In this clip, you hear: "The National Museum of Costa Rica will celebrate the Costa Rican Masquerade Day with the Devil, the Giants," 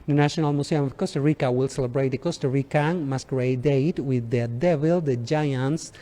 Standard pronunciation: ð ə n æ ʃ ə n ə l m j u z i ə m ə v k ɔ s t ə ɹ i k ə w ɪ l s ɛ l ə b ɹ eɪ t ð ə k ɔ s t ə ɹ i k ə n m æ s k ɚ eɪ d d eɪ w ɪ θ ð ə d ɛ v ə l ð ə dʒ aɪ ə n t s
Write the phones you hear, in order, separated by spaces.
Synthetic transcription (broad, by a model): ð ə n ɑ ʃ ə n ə l m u s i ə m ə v k ɔ s t ə ɹ i k ə w ɪ l s ɛ l ə b ɹ eɪ t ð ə k ɔ s t ə ɹ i k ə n m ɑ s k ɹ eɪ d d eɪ w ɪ ð ə d ɛ v ə l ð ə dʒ aɪ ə n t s